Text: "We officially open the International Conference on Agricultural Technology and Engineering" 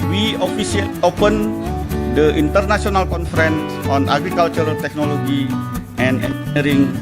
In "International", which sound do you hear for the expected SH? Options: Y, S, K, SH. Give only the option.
S